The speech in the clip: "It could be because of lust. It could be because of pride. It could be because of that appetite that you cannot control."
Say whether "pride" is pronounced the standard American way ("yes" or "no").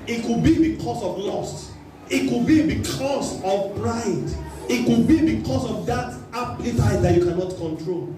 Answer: no